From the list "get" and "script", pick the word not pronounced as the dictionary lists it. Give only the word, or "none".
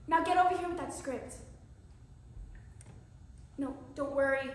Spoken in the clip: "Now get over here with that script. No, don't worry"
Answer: none